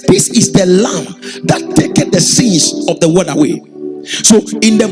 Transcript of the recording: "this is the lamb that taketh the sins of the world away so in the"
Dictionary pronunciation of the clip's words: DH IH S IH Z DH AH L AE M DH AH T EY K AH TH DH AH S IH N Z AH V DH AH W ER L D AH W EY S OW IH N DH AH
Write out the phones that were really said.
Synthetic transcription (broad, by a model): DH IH S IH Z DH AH L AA M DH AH T EY K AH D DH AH S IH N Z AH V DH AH W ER D AH W EY S OW IH N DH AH